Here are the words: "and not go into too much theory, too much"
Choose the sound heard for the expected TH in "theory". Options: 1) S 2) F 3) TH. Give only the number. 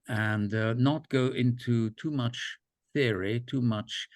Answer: 3